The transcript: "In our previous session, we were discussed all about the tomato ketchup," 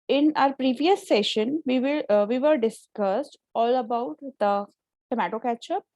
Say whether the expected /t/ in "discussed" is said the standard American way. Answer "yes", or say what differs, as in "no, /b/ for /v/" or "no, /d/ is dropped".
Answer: yes